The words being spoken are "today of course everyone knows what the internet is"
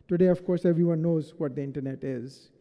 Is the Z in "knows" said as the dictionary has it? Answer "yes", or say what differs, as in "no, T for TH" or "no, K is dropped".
yes